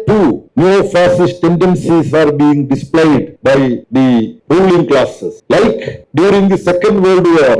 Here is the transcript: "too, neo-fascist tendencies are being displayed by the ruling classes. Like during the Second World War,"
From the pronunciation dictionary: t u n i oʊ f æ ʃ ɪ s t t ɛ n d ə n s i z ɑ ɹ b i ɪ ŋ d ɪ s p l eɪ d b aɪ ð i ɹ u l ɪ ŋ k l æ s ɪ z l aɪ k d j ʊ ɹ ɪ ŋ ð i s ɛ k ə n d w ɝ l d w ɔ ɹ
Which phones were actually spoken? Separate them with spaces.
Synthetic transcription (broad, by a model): t u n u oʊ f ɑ s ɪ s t t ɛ n d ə n s i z ɑ ɹ b i ɪ ŋ d ɪ s p l eɪ d b aɪ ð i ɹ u l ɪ ŋ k l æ s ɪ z l aɪ k d j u ɹ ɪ ŋ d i s ɛ k ə n d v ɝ l d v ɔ ɹ